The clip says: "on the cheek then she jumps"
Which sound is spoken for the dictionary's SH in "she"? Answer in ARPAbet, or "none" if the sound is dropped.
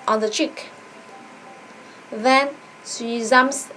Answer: S